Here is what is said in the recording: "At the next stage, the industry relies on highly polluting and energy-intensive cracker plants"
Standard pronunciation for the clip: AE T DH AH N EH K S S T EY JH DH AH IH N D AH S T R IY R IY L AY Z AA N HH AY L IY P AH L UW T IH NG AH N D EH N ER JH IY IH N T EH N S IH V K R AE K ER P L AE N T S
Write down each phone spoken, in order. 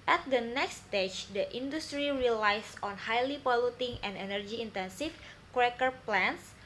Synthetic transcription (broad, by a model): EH T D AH N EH K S S T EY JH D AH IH N D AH S T R IY R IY L AY S AA N HH AY L IY P AH L UW T IH NG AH N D EH N ER JH IY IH N T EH N S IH F K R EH K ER P L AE N S